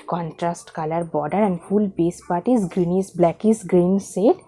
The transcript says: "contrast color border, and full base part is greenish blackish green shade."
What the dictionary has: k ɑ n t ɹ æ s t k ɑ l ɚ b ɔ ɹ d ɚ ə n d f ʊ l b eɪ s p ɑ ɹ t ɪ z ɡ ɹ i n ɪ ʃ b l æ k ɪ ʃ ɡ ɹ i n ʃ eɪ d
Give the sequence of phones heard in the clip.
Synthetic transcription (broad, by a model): k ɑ n t ɹ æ s t k ɑ l ɚ b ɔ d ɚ ə n d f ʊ l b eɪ s p ɑ ɹ t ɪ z ɡ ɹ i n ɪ s b l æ k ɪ s ɡ ɹ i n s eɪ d